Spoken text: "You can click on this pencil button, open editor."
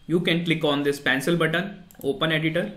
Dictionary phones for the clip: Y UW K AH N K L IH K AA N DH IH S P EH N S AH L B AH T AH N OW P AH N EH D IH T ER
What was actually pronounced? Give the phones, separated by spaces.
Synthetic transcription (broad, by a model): Y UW K AH N K L IH K AA N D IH S P EH N S AH L B AH T AH N OW P AH N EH D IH T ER